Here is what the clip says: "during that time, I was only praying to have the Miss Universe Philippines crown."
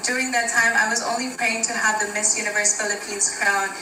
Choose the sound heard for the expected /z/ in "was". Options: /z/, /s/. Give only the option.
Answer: /z/